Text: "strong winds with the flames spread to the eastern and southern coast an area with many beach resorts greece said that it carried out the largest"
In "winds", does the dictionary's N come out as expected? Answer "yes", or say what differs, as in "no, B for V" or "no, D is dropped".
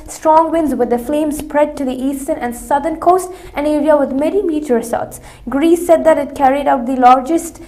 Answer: yes